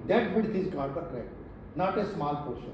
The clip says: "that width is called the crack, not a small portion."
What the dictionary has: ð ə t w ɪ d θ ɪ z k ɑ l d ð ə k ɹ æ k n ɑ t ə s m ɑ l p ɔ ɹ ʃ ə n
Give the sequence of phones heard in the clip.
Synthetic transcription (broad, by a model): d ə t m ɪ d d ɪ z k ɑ d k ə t ɹ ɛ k n ɑ t ə s m ɑ l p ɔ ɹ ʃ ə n